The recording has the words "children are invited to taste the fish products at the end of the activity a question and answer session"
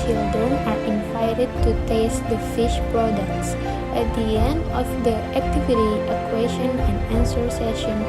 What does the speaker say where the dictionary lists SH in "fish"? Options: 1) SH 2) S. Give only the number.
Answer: 1